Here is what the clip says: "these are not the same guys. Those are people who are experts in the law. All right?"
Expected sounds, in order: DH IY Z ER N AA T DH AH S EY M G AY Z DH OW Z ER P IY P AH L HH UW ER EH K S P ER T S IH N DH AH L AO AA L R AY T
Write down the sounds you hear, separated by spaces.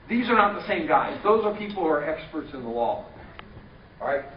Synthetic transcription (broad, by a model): DH IY Z ER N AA T DH AH S EY M G AY Z DH OW Z ER P IY P L HH UW ER EH K S P ER T S IH N DH AH L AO AA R AY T